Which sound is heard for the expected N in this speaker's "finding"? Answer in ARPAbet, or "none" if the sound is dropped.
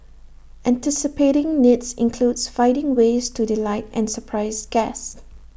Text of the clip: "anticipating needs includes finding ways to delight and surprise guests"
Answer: none